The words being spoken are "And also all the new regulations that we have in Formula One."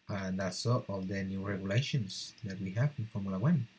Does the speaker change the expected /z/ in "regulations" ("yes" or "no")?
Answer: yes